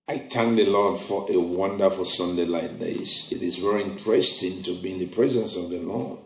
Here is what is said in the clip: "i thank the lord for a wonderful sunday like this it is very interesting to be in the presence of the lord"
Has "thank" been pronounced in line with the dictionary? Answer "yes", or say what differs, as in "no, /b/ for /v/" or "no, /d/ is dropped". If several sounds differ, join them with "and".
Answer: no, /t/ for /θ/